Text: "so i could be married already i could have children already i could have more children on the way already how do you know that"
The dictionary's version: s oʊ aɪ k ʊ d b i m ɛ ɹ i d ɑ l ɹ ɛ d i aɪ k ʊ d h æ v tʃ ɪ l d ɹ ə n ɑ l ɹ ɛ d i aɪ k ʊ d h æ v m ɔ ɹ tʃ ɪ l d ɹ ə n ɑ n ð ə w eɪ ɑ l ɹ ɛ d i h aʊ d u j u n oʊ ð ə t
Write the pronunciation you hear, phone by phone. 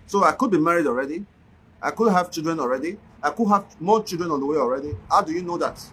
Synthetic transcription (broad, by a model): s oʊ aɪ k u d b i m ɛ ɹ i d ɑ l ɹ ɛ d i aɪ k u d h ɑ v tʃ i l d ɹ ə n ɑ l ɹ ɛ d i aɪ k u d h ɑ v m ɔ tʃ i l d ɹ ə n ɑ n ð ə w eɪ ɑ l ɹ ɛ d i h aʊ d u j u n oʊ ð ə t